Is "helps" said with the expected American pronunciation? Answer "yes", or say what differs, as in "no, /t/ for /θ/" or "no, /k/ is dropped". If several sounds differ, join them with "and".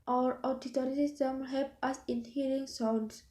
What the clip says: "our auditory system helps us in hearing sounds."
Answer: no, /s/ is dropped